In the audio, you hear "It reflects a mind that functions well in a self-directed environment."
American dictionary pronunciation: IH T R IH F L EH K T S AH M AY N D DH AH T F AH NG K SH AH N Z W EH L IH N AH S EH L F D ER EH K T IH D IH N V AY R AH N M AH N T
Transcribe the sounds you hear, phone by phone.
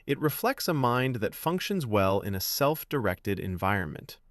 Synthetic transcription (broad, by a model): IH T R IH F L EH K T S AH M AY N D DH AH T F AH NG K SH AH N Z W EH L IH N AH S EH L F D ER EH K T IH D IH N V AY R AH N M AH N T